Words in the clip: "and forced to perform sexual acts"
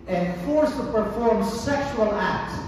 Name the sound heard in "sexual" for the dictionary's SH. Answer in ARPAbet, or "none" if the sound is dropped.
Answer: SH